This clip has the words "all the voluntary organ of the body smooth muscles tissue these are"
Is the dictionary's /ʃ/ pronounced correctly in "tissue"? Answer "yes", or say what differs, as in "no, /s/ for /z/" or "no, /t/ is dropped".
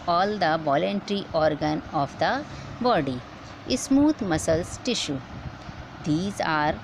yes